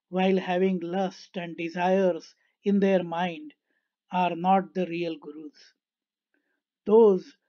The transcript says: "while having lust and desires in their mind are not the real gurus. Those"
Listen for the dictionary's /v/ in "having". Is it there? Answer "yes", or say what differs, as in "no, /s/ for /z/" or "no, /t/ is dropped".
yes